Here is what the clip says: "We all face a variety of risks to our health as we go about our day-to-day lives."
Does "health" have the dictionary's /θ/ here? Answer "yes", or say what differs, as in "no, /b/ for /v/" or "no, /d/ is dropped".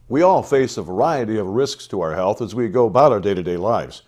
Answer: yes